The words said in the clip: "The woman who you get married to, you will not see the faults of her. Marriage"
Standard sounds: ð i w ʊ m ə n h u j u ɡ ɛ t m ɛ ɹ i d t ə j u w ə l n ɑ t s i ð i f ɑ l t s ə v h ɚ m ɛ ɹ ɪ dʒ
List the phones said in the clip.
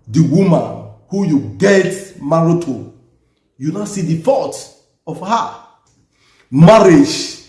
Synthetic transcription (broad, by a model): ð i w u m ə n h u j u ɡ ɛ t m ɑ ɹ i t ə j u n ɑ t s i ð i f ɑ t ə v h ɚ m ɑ ɹ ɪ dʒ